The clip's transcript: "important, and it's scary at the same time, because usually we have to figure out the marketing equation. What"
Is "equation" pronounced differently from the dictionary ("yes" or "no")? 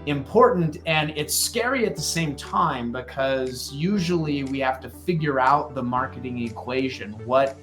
no